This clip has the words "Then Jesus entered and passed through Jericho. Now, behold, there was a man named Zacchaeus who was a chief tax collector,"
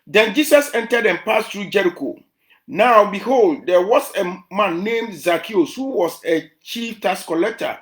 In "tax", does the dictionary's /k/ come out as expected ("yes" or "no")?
no